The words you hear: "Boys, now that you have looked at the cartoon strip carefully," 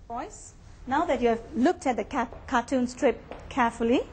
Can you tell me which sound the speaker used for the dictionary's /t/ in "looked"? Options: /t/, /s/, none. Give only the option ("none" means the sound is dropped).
/t/